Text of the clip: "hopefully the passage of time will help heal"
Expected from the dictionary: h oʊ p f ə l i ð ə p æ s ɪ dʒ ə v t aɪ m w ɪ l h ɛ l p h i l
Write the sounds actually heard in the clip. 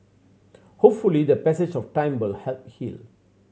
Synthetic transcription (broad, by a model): h oʊ p f ə l i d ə p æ s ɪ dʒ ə f t aɪ m w ɪ l h ɛ l p h i l